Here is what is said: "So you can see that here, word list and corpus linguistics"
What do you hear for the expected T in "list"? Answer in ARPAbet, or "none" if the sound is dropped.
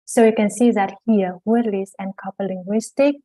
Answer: none